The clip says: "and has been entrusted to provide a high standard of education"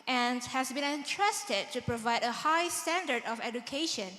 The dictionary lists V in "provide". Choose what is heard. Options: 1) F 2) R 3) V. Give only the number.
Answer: 3